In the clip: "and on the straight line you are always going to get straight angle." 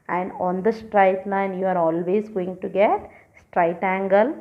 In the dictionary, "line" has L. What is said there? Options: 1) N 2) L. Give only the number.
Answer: 1